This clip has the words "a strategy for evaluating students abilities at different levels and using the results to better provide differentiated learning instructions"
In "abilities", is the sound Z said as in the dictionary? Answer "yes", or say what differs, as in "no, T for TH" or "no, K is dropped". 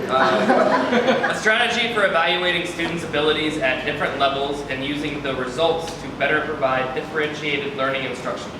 yes